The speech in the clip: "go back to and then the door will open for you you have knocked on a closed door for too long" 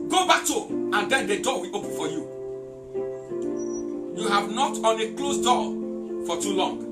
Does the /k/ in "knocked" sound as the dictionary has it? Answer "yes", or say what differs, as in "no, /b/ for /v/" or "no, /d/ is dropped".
no, /k/ is dropped